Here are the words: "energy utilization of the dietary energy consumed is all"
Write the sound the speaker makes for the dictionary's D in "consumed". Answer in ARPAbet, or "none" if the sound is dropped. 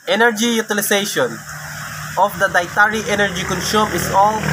none